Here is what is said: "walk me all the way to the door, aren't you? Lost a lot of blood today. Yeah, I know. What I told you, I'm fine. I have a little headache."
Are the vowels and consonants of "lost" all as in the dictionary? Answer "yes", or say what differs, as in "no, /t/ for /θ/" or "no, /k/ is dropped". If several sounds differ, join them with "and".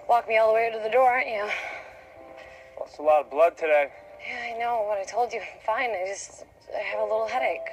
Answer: no, /t/ is dropped